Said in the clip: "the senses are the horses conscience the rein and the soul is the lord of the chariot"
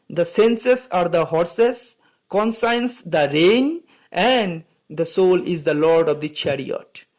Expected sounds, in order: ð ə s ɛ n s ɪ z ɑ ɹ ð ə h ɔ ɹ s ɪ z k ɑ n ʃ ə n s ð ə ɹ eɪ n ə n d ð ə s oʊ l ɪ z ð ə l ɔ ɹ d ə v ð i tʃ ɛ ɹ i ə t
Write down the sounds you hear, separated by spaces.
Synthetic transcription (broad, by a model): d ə s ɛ n s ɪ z ɑ ɹ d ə h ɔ ɹ s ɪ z k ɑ n s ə n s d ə ɹ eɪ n ə n d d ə s oʊ l ɪ z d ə l ɔ ɹ d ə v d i tʃ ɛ ɹ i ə t